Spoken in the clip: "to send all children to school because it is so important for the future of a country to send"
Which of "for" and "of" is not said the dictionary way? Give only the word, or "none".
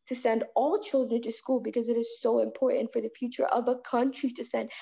none